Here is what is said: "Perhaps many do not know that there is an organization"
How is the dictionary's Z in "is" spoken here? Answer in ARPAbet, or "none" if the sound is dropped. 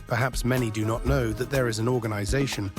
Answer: Z